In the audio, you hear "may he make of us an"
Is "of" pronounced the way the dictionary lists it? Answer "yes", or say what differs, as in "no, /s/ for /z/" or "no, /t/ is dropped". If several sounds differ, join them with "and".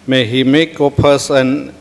no, /p/ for /v/